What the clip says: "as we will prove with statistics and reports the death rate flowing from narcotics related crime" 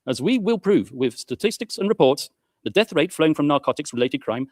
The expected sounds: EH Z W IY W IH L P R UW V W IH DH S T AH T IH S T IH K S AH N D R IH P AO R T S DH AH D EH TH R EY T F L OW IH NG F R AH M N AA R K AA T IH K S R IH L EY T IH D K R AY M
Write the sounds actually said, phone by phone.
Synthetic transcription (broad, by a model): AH Z W IY W IH L P R UW V W IH DH S T AH T IH S T IH K S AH N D R IH P AO R T S DH AH D EH TH R EY T F L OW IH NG F R AH M N AA R K AA T IH K S R IH L EY T IH D K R AY M